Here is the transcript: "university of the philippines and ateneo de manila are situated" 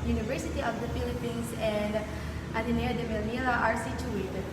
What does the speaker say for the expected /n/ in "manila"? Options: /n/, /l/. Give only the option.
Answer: /l/